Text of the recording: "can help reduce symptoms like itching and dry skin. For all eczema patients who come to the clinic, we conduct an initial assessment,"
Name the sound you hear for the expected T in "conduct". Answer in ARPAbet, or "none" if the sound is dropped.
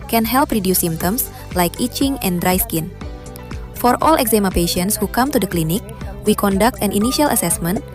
T